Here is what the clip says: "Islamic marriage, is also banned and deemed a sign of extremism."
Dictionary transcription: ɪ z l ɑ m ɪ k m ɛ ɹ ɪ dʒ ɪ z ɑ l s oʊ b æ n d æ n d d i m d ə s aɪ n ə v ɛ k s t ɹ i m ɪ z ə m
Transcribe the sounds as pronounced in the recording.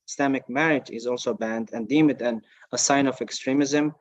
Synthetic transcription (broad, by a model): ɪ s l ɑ m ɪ k m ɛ ɹ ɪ dʒ ɪ z ɑ l s oʊ b æ n d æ n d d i m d ə s aɪ n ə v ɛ k s t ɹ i m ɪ z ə m